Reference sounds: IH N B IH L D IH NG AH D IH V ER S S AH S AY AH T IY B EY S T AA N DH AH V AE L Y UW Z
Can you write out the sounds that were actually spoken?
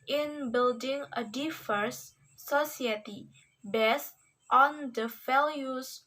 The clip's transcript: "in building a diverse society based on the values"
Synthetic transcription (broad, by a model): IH N B IH L D IH NG AH D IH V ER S S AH S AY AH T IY B EY S T AA N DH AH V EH L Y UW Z